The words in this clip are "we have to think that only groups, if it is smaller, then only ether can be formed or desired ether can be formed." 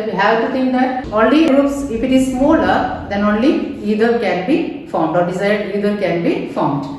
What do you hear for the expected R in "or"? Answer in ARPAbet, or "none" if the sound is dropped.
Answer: R